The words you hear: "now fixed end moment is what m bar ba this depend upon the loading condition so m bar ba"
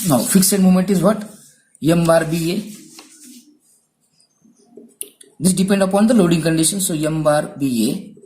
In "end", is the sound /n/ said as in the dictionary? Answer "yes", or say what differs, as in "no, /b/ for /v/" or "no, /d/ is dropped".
no, /n/ is dropped